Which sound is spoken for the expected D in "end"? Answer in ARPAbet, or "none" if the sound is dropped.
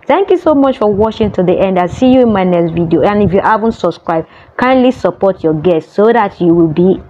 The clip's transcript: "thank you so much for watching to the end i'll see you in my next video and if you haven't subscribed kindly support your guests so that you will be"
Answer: D